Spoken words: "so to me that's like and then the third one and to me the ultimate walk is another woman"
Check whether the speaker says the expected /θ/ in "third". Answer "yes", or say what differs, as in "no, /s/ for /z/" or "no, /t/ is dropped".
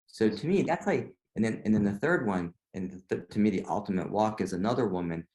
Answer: yes